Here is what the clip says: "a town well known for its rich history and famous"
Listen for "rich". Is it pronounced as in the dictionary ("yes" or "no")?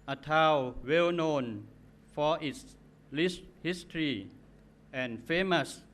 no